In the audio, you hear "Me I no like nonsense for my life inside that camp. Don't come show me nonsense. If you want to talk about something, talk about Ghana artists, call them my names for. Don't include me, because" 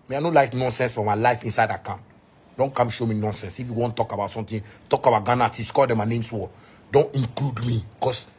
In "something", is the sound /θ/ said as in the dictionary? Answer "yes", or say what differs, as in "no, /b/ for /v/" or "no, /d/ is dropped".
no, /t/ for /θ/